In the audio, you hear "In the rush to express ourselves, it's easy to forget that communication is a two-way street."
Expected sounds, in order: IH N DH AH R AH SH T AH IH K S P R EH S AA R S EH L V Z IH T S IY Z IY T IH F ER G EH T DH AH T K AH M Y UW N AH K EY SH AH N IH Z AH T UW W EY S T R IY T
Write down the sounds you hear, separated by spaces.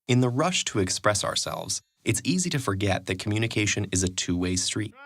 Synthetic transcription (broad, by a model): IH N DH AH R AH SH T AH IH K S P R EH S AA R S EH L V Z IH T S IY Z IY T IH F ER G EH T DH AH T K M Y UW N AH K EY SH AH N IH Z AH T UW W EY S T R IY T